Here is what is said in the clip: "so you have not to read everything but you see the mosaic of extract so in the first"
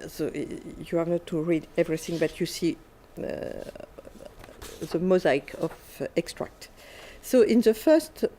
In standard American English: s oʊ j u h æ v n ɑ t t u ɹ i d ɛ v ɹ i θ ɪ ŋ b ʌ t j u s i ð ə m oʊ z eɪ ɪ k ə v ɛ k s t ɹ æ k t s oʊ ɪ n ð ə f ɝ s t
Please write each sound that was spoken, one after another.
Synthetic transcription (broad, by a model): s oʊ j u h æ v n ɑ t t u ɹ i d ɛ v ɹ i θ ɪ ŋ b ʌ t j u s i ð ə m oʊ z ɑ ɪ k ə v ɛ k s t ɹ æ k t s oʊ ɪ n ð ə f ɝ s t